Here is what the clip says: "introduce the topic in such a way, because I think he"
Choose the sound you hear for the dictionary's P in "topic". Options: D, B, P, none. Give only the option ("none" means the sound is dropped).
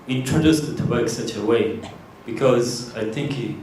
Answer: B